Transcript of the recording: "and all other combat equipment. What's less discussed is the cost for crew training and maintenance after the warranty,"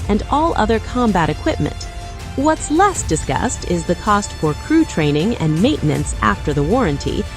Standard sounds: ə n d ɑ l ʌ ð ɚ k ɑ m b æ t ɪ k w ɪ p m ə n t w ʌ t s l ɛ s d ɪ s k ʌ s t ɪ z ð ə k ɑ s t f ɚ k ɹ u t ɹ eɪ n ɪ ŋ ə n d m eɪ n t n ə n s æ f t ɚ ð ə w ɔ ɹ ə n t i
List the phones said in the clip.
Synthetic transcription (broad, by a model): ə n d ɑ l ʌ ð ɚ k ɑ m b æ t ɪ k w ɪ p m ə n t w ʌ t s l ɛ s d ɪ s k ʌ s t ɪ z ð ə k ɑ s t f ɚ k ɹ u t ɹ eɪ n ɪ ŋ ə n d m eɪ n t n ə n s æ f t ɚ ð ə w ɔ ɹ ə n t i